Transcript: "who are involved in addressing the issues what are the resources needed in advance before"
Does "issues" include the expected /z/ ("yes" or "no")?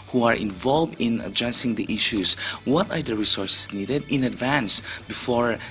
no